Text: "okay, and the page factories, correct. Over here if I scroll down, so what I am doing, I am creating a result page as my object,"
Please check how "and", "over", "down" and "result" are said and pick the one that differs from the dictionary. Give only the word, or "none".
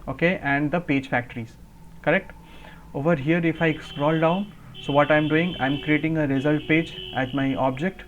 none